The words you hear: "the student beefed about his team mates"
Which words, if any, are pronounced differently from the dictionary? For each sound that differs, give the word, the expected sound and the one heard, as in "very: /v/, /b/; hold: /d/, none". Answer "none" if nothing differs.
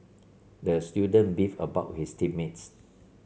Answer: beefed: /t/, none; his: /z/, /s/